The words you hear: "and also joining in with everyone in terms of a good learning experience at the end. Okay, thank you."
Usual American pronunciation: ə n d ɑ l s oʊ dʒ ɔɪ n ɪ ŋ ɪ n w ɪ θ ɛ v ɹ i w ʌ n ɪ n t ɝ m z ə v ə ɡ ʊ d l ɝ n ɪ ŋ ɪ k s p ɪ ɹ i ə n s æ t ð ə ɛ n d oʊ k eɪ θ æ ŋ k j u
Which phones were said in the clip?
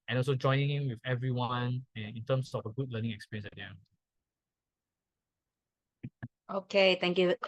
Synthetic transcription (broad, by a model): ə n ɑ l s oʊ dʒ ɔɪ n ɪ ŋ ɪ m w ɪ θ ɛ v ɹ i w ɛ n ɪ n t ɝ m s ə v ə ɡ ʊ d l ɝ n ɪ ŋ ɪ k s p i ɹ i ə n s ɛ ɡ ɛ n oʊ k eɪ t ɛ ŋ k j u